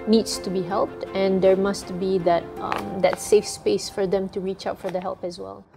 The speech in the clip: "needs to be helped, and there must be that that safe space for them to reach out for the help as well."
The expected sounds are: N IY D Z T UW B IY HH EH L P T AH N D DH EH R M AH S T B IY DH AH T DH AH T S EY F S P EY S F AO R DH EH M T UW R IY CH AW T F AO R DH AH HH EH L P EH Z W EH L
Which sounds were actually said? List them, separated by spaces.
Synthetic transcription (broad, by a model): N IY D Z T UW B IY HH EH L P T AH N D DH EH R M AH S T B IY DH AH T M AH T S EY F S P EY S F AO R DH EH M T UW R IY CH AW T F AO R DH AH HH EH L P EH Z W EH L